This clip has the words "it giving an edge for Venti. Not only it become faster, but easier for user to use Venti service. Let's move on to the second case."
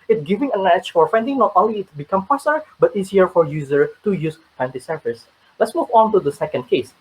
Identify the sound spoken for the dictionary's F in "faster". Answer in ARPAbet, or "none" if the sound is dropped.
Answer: P